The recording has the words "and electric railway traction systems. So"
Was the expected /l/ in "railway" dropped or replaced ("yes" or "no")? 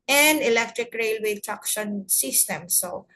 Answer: no